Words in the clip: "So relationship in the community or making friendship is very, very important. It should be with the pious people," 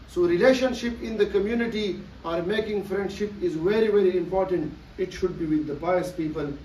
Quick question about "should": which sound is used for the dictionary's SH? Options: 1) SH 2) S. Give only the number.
1